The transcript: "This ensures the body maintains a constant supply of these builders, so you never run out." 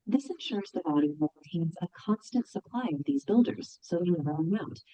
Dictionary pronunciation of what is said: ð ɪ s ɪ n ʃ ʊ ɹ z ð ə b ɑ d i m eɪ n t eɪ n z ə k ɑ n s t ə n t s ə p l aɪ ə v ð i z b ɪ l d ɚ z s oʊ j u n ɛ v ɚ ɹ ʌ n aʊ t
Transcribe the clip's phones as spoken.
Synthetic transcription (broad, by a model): ð ɪ s ɪ n ʃ ʊ ɹ z ð ə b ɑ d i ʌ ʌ t eɪ n z ə k ɑ n s t ə n t s ə p l aɪ ə v ð i z b ɪ l d ɚ z s oʊ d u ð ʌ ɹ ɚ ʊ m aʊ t